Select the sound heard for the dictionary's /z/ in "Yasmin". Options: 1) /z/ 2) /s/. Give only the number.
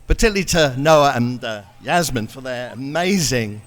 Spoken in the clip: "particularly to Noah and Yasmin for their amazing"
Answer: 1